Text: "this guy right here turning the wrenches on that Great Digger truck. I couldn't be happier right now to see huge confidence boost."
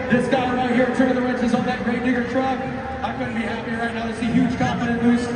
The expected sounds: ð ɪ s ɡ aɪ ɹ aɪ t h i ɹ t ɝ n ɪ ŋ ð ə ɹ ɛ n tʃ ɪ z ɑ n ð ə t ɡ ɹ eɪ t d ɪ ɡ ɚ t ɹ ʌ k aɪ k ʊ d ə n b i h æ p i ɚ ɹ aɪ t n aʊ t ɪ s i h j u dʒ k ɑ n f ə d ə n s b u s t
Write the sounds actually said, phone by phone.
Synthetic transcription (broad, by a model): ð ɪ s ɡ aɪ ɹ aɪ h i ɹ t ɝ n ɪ ð ə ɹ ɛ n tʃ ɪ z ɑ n ð ə t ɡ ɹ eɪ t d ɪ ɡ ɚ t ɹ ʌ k aɪ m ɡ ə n b i h æ p i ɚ ɹ aɪ t n aʊ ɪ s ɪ h j u dʒ k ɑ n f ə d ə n b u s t